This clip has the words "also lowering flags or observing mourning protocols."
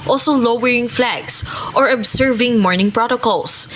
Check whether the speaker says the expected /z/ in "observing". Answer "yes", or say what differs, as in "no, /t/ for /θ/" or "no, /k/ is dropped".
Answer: no, /s/ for /z/